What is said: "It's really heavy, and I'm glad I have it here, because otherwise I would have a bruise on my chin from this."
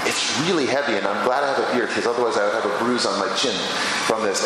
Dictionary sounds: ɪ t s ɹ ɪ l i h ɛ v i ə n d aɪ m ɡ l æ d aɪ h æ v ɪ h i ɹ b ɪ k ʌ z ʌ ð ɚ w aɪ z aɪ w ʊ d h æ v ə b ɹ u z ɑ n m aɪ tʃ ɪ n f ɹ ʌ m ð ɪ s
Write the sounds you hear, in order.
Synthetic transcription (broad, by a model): ɪ t s ɹ ɪ l i h ɛ v i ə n aɪ m ɡ l æ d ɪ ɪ v ɪ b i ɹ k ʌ z ʌ ð ɚ w aɪ z aɪ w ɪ v ə b ɹ u z n m aɪ tʃ ɪ n f ɹ ʌ m ð ɪ s